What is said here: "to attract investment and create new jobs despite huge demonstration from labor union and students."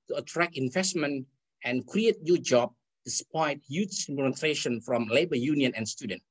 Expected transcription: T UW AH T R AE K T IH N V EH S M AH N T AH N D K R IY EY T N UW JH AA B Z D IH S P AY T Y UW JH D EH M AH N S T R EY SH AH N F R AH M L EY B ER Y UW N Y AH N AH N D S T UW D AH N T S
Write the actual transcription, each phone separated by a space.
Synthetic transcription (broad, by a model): T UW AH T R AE K IH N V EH S M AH N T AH N K R IY EY T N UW JH AA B D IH S P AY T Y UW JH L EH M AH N T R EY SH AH N F R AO M L EY B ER Y UW N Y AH N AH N S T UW D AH N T